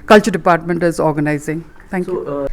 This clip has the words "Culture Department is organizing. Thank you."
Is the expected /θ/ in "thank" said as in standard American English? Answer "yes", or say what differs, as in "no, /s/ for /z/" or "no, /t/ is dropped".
no, /t/ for /θ/